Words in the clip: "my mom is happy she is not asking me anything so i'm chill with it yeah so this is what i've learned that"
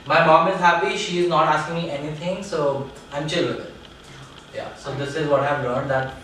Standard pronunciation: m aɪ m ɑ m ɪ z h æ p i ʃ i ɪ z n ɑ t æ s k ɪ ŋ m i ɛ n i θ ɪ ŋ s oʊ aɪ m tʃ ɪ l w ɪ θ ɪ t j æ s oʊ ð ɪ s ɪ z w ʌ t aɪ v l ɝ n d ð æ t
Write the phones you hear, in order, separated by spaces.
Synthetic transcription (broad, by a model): m aɪ m ɑ m ɪ z h æ p i ʃ i ɪ z n ɑ t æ s k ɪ ŋ m i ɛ n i t ɪ ŋ s oʊ aɪ m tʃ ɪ l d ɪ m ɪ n j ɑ s oʊ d ɪ s ɪ z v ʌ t aɪ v l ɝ n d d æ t